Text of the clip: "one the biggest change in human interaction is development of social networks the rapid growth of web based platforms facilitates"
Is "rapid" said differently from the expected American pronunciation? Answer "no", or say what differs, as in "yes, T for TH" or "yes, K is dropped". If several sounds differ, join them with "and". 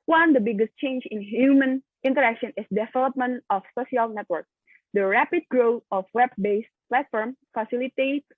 no